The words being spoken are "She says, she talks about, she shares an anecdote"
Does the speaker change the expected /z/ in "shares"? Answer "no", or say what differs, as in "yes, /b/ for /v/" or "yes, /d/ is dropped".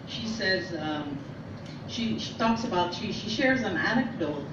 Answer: no